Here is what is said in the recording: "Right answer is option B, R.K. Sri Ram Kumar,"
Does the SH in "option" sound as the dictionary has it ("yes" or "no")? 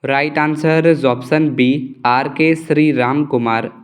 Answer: no